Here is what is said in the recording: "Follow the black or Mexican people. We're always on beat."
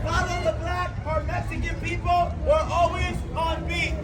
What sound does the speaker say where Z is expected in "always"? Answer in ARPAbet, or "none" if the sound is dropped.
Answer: Z